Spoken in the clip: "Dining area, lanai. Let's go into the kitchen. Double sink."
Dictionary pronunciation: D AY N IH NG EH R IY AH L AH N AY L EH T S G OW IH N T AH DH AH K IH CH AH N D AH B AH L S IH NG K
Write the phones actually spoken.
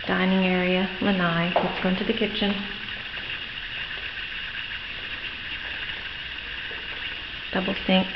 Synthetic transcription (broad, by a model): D AY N IH NG EH R IY AH L AH N AY W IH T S G OW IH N T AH DH AH K IH CH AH N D AH B L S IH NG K